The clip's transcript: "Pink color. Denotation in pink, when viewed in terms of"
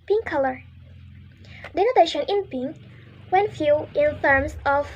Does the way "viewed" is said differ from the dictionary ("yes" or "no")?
yes